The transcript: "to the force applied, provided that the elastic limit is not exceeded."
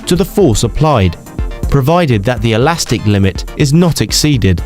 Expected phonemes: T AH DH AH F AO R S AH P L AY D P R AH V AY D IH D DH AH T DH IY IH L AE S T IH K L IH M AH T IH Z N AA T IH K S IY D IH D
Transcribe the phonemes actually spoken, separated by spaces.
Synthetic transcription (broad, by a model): T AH DH AH F AO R S AH P L AY D P R AH V AY D IH D DH AH T DH IY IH L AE S T IH K L IH M AH T IH Z N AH T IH K S IY D IH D